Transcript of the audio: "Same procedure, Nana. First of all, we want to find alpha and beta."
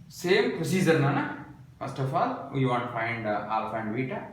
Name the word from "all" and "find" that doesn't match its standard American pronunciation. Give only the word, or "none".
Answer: none